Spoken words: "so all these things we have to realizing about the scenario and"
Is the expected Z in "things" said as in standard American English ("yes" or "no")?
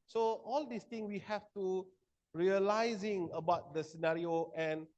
no